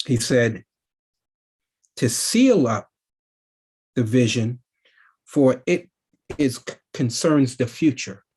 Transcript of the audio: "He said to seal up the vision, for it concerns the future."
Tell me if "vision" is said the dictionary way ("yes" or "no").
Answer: yes